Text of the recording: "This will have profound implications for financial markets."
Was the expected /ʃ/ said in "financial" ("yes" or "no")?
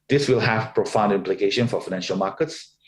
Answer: yes